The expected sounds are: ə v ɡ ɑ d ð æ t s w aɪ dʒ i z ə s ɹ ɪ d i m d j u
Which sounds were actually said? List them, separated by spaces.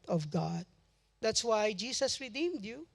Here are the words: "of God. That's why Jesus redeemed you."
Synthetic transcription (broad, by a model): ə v ɡ ɑ d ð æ t s w aɪ dʒ i s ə s ɹ ɪ d i m d j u